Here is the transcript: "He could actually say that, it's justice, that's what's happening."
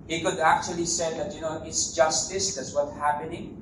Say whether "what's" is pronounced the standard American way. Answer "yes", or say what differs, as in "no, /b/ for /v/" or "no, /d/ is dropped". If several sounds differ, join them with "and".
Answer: no, /s/ is dropped